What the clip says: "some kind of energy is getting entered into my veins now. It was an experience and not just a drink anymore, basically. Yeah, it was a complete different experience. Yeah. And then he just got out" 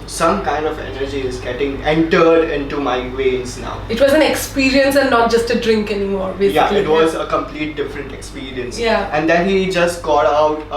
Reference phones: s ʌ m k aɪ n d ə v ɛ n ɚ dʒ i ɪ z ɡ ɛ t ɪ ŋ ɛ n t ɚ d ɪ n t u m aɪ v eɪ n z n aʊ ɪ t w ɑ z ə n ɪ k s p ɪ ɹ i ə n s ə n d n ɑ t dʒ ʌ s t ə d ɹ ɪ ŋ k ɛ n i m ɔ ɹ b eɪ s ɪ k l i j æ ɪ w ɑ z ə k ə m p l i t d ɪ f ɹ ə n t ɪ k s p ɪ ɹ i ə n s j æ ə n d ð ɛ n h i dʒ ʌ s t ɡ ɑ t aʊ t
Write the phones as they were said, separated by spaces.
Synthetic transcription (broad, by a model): s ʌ m k aɪ n d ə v ɛ n ɚ dʒ i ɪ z ɡ ɛ t ɪ ŋ ɛ n t ɚ d ɪ n t u m aɪ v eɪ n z n aʊ ɪ t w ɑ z ə n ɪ k s p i ɹ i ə n s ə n n ɑ t dʒ ʌ s t ə d ɹ ɪ ŋ k ɛ n i m ɔ ɹ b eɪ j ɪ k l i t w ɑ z ə k ə m p l i t d ɪ f ɹ ə n t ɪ k s p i ɹ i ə n s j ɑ ə n d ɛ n h i dʒ ʌ s t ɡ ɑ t aʊ t